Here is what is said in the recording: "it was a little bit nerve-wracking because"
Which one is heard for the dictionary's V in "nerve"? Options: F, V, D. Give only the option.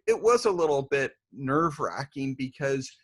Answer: V